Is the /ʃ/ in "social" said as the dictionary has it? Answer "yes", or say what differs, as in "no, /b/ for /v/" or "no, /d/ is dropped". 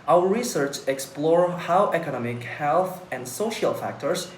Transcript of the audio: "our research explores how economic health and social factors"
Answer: yes